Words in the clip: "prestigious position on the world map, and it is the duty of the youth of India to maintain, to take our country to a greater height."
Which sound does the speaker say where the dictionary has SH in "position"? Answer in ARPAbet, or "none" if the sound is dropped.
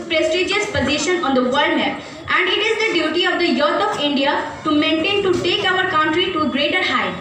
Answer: SH